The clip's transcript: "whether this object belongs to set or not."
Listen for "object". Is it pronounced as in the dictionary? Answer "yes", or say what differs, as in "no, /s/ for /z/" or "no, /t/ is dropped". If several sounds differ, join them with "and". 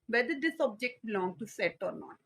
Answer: yes